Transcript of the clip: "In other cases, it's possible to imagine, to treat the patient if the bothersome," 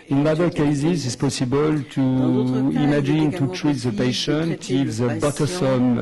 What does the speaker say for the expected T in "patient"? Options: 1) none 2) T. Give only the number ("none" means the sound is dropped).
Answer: 2